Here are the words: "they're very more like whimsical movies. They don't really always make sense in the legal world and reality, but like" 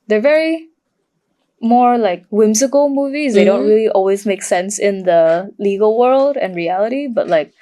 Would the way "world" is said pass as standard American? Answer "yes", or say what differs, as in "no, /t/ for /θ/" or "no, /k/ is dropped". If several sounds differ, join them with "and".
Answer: yes